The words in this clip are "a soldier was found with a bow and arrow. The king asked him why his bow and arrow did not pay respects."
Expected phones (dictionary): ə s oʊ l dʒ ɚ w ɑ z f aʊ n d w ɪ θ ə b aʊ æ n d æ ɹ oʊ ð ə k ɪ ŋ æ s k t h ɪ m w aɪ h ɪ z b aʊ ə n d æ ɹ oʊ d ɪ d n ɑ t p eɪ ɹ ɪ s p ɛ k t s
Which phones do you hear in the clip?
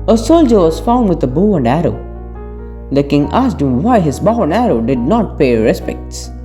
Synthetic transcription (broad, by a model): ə s oʊ l dʒ ɚ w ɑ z f aʊ n d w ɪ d ə b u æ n d æ ɹ oʊ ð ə k ɪ ŋ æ s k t h ɪ m w aɪ h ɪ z b aʊ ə n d æ ɹ oʊ d ɪ d n ɑ t p eɪ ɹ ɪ s p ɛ k t s